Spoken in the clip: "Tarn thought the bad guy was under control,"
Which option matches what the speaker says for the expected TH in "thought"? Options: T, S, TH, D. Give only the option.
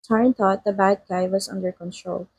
T